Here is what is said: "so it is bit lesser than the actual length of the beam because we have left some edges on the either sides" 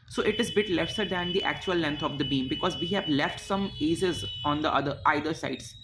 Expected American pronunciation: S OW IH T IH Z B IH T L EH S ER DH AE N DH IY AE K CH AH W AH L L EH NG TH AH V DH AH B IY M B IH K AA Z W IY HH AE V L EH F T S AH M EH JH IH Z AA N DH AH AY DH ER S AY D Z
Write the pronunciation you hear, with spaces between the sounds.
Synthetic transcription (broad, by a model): S OW IH T IH Z B IH T L EH S ER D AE N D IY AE K CH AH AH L L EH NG T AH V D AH B IY M B IH K AA Z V IY HH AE V L EH F T S AH M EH Z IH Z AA N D AH AY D ER S AY D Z